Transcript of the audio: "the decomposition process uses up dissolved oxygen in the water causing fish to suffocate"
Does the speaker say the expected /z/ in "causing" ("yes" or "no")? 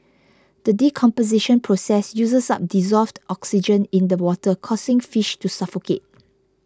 no